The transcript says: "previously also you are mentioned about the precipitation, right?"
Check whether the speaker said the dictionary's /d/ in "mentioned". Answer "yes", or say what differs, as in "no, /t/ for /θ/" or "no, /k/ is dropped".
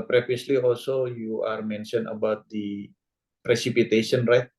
no, /d/ is dropped